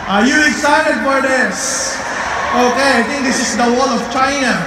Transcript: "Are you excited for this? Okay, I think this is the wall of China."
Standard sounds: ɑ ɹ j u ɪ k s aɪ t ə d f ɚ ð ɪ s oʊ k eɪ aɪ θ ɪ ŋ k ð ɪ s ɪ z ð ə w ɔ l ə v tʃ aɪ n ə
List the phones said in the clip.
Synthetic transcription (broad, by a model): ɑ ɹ j u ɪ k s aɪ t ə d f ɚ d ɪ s oʊ k eɪ aɪ t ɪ ŋ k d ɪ s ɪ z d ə w ɔ l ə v tʃ aɪ n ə